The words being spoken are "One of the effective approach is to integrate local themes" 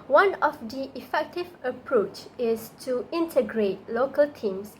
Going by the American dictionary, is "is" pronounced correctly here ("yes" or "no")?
no